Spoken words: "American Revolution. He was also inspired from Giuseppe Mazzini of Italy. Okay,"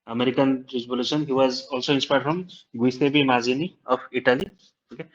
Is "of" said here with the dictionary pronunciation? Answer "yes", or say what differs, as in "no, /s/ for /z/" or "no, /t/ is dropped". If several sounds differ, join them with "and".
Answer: no, /p/ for /v/